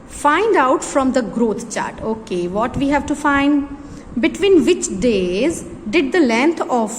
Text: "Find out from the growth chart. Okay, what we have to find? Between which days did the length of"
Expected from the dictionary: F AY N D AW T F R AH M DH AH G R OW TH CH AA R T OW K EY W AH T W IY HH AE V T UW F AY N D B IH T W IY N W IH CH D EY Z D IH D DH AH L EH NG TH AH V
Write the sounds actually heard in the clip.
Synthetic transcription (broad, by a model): F AY N D AW T F R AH M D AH G R OW T CH AA R T OW K EY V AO T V IY HH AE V T UW F AY N D B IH T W IY N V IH CH D EY Z D IH D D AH L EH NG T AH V